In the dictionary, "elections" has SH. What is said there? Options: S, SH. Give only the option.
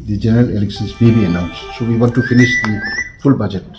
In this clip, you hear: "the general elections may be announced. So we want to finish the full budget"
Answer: S